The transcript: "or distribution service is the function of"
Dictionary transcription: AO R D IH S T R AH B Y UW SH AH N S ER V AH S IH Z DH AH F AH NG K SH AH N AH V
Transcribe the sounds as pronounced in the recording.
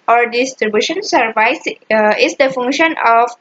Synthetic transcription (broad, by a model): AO R D IH S T R AH B Y UW SH AH N S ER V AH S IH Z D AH F AH NG K SH AH N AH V